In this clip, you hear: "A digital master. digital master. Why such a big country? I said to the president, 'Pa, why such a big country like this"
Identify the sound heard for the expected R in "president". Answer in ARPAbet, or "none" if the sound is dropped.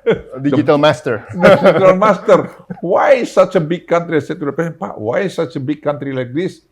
none